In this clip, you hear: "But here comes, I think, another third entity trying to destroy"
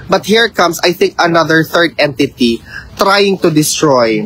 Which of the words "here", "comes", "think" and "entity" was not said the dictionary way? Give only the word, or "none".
comes